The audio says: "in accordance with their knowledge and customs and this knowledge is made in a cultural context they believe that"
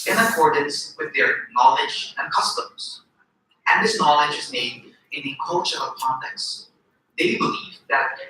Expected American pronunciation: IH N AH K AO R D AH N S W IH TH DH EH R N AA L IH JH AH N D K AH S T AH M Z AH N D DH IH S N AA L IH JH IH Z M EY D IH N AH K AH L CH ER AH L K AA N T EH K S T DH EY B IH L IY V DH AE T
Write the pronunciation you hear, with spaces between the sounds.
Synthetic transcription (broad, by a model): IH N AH K AO R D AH N S W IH DH EH R N AA L IH JH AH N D K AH S T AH M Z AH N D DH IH S N AA L IH JH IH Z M EY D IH N AH K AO CH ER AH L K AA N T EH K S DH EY B IH L IY V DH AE T